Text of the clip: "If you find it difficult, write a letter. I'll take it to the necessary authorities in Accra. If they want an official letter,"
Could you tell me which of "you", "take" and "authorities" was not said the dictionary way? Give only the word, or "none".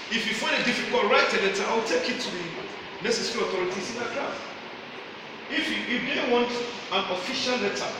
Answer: authorities